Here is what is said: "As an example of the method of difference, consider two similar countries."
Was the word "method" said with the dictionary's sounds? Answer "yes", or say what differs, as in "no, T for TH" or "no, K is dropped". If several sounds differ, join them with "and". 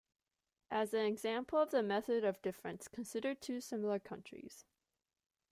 yes